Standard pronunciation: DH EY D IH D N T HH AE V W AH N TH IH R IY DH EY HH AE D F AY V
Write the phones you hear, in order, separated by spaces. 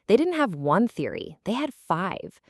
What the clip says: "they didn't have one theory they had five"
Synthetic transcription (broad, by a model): DH EY D IH D N T HH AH V W AH N TH IH R IY DH EY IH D F AY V